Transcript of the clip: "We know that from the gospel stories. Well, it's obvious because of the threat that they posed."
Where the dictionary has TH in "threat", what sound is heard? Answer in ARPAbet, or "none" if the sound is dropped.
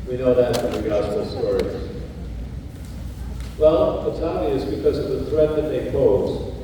TH